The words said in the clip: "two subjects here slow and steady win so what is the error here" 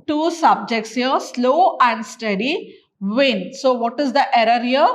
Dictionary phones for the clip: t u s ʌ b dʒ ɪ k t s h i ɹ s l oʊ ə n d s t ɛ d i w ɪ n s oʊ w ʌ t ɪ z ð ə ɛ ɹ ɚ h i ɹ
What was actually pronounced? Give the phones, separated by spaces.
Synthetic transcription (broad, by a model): t u s ʌ b dʒ ɪ k t s h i ɹ s l oʊ ə n d s t ɛ d i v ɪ n s oʊ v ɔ t ɪ z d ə ɛ ɹ ɚ h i ɹ